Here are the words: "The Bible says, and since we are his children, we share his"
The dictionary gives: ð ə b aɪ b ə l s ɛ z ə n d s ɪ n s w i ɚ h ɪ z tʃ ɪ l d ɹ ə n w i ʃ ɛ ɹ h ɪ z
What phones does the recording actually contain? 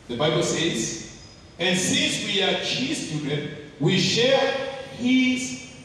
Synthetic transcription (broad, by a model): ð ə b aɪ b ə l s ɛ z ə n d s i n s w i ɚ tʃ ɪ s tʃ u d ə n w i ʃ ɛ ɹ h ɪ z